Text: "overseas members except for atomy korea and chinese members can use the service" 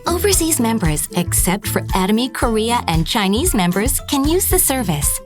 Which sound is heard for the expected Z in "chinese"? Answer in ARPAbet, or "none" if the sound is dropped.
Z